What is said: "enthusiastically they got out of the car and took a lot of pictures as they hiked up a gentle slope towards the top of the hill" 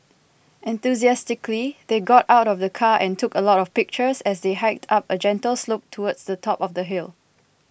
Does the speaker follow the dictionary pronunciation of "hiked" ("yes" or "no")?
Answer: yes